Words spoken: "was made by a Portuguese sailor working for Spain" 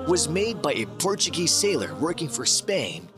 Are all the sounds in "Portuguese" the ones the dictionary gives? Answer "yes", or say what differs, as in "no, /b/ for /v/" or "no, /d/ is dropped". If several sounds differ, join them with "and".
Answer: yes